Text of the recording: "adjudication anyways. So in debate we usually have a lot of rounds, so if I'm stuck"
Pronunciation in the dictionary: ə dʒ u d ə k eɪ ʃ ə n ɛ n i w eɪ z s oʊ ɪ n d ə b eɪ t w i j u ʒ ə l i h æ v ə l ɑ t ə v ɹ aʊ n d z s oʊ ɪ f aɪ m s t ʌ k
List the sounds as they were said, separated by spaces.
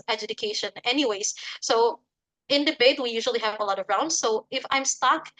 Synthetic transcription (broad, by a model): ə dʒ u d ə k eɪ ʃ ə n ɛ n i w eɪ z s oʊ ɪ n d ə b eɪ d w i j u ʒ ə l i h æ v ə l ɑ t ə v ɹ aʊ n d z s oʊ ɪ f aɪ m s t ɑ k